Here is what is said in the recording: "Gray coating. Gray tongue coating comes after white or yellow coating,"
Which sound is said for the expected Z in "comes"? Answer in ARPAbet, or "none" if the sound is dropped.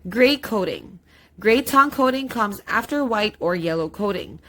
Z